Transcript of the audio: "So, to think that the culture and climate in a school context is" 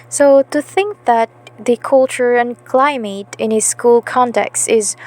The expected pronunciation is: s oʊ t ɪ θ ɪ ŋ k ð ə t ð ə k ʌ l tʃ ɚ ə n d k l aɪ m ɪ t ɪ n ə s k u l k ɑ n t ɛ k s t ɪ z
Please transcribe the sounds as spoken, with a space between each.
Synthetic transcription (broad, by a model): s oʊ t ɪ θ ɪ ŋ k ð ə t ð ə k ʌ l tʃ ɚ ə n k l aɪ m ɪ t ɪ n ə s k u l k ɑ n t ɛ k s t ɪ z